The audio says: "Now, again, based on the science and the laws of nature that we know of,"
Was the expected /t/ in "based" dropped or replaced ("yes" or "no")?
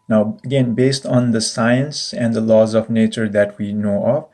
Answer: no